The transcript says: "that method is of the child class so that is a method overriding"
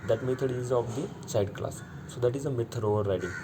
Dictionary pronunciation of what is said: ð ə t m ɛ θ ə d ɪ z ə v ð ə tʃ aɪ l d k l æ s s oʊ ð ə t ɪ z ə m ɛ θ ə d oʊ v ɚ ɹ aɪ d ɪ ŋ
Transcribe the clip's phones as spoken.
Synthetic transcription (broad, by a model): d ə t m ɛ t ə d ɪ z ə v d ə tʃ aɪ d k l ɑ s s oʊ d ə t ɪ z ə m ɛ t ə d oʊ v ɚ ɹ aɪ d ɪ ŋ